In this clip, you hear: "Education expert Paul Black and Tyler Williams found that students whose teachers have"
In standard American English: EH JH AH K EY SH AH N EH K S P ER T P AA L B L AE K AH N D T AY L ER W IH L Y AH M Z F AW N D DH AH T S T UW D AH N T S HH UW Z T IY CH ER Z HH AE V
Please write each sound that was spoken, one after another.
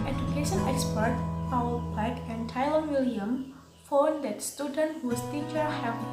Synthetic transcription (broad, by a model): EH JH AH K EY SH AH N EH K S P ER T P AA W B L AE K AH N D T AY L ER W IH L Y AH M F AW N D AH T S T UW D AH N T HH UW S T IY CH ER HH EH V